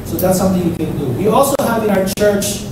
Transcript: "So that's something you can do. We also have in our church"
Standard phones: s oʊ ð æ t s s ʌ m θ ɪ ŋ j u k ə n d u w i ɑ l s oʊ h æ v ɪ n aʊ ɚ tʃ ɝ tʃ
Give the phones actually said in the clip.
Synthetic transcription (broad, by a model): s oʊ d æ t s s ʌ m t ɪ ŋ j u k ə n d u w i ɑ l s oʊ h æ v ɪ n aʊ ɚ tʃ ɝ tʃ